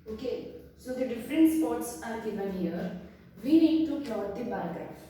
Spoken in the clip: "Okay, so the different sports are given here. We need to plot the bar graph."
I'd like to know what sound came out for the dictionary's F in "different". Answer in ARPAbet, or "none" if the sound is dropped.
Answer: F